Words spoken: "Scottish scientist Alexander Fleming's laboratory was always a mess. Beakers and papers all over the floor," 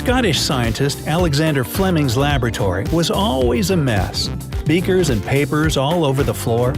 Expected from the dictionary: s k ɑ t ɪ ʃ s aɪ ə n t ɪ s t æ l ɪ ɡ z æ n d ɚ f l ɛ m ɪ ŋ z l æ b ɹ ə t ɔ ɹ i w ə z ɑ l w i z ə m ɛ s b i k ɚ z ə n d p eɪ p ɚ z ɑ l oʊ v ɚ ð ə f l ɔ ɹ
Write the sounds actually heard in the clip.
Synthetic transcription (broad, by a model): k ɑ t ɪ ʃ s aɪ ə n t ɪ s t æ l ɪ ɡ z æ n d ɚ f l ɛ m ɪ ŋ z l æ b ɹ ə t ɔ ɹ i w ə z ɑ l w i z ə m ɛ s b i k ɚ z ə n p eɪ p ɚ z ɑ l oʊ v ɚ ð ə f l ɔ ɹ